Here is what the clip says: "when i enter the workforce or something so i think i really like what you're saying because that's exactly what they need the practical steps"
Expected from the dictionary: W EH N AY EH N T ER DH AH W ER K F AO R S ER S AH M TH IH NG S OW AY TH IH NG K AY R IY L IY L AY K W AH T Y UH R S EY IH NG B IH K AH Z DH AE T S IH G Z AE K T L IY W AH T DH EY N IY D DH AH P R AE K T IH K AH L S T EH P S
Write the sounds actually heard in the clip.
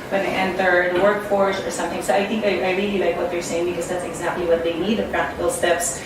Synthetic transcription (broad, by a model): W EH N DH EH N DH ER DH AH W ER K F AO R S ER S AH M TH IH NG S OW AY TH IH NG K AY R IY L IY L AY K W AH T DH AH R S EY IH NG B IH K AH Z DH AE T S IH G Z AE K T L IY W AH T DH EY N IY D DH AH P R AE K T IH K AH L S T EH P S